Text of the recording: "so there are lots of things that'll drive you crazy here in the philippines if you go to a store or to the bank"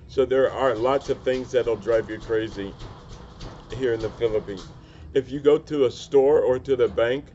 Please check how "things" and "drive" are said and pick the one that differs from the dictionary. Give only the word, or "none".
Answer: none